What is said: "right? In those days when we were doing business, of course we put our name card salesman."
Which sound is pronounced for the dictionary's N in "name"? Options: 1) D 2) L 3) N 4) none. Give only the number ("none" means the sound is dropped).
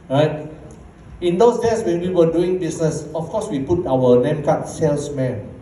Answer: 2